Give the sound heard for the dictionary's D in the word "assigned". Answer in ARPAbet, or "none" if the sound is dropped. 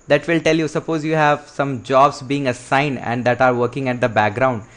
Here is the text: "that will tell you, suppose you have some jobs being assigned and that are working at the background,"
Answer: none